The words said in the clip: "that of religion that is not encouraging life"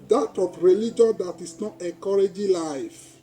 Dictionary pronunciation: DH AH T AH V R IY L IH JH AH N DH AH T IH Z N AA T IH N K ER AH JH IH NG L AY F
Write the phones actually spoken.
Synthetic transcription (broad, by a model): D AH T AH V R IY L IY JH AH N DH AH T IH S N AA T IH K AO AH JH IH L AY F